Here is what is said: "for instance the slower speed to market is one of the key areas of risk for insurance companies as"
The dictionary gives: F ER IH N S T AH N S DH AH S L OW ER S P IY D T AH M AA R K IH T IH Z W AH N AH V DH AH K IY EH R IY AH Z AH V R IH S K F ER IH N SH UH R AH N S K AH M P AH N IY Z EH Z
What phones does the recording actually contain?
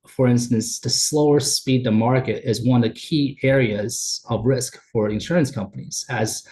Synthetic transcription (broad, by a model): F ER IH N S T AH N S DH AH S L OW ER S P IY D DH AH M AA R K IH T IH Z W AH N AH V DH AH K IY EH R IY AH Z AH V R IH S K F ER IH N SH UH R AH N S K AH M P AH N IY Z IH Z